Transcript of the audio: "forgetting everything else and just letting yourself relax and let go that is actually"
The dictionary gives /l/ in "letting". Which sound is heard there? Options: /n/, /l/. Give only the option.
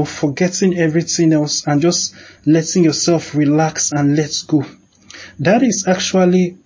/l/